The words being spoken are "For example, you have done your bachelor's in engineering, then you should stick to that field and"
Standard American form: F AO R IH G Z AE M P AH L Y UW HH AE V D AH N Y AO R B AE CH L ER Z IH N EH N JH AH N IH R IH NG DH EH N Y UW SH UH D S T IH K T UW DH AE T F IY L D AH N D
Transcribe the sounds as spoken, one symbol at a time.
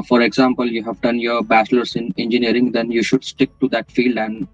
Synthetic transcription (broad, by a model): F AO R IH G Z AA M P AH L Y UW HH AE V D AH N Y AO R B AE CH L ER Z IH N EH N JH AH N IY R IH NG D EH N Y UW SH UH D S T IH K T UW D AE T F IY L D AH N D